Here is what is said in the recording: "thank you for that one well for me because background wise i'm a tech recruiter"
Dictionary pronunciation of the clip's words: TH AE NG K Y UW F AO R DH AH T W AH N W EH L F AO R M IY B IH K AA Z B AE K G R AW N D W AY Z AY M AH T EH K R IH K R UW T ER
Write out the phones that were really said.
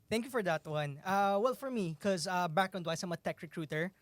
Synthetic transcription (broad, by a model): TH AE NG K Y UW F AO R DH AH T W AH N W EH L F AO R M IY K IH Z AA B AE K N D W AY S AY M AH T EH K R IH K R UW T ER